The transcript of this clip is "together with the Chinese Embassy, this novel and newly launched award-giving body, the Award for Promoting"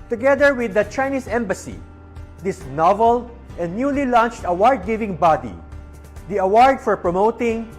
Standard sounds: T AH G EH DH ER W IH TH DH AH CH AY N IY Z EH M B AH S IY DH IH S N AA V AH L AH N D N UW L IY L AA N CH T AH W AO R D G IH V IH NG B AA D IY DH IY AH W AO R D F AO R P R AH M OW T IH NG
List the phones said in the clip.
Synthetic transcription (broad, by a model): T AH G EH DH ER W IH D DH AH CH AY N IY S EH M B AH S IY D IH S N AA V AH L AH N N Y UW L IY L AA N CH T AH W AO R D G IH V IH NG B AA D IY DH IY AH W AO R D F AO R P R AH M OW T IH NG